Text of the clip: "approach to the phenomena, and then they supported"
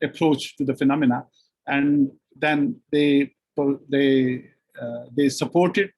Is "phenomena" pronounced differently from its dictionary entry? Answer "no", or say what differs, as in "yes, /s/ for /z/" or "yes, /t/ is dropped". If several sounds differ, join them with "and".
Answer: no